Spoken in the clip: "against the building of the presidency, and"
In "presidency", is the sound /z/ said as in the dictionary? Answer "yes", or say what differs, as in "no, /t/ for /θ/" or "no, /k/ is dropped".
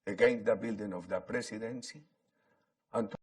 no, /s/ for /z/